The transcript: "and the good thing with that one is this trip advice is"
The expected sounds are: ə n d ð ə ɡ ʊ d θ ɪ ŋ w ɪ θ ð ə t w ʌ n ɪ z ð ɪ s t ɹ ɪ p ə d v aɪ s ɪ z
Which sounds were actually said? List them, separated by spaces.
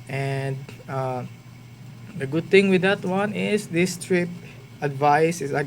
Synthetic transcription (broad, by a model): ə n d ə ɡ ʊ d t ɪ ŋ w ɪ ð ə t w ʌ n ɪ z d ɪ s t ɹ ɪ p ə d v aɪ s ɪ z